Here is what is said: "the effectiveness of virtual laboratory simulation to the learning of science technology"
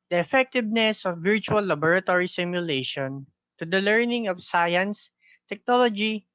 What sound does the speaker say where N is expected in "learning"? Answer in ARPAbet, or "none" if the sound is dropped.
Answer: N